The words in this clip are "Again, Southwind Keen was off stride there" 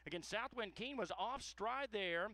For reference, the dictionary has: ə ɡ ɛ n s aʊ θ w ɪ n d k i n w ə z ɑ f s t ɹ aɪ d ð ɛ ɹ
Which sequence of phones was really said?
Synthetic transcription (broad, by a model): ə ɡ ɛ n s aʊ θ w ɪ n k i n w ə z ɑ f s t ɹ aɪ d ð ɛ ɹ